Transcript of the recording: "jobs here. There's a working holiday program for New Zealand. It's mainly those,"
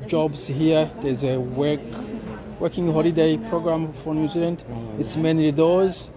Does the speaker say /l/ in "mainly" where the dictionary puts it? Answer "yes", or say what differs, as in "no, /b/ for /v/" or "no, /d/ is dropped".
no, /l/ is dropped